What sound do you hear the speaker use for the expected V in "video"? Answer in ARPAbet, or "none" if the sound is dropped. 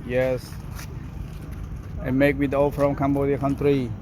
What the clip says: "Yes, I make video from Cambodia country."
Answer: W